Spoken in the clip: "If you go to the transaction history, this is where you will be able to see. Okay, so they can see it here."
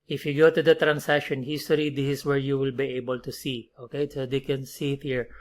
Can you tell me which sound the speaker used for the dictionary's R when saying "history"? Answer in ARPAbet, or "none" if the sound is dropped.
L